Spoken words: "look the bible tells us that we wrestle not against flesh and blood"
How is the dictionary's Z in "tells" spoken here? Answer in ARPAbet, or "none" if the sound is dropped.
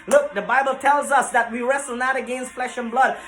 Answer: Z